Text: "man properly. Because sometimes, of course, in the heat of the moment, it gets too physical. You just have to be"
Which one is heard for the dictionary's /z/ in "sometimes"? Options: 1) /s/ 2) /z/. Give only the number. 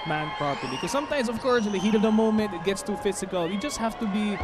2